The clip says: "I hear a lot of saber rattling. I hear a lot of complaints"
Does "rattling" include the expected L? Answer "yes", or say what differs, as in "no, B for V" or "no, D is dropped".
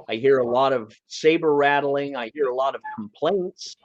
yes